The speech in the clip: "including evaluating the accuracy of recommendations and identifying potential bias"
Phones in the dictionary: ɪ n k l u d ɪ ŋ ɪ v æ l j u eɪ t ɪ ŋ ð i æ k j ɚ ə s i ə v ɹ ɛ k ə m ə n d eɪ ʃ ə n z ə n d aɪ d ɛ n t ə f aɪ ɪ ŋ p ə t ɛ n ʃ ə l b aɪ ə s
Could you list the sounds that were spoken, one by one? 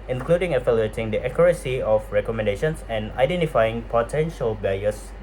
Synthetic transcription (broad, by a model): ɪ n k l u d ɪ ŋ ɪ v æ l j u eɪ t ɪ ŋ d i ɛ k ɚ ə s i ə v ɹ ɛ k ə m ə n d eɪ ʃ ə n s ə n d aɪ d ɛ n t ə f aɪ ɪ ŋ p ə t ɛ n ʃ ə l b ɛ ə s